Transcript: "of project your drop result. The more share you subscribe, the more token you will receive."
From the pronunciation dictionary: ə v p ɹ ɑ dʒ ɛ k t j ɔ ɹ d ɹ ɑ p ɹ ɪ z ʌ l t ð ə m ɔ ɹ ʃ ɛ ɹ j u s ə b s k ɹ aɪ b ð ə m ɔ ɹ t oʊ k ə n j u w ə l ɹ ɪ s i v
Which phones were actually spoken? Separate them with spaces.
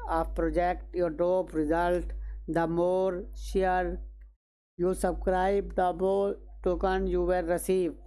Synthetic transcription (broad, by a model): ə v p ɹ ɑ dʒ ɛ k t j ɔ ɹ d ɑ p ɹ ɪ z ʌ l t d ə m ɔ ɹ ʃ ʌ ɹ j u s ə b s k ɹ aɪ b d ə m ɔ ɹ t oʊ k ə n j u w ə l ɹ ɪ s i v